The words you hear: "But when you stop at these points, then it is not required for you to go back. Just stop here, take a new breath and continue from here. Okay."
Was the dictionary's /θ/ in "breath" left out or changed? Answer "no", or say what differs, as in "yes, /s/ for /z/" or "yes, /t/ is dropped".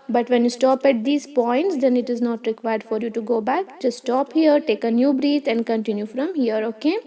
yes, /t/ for /θ/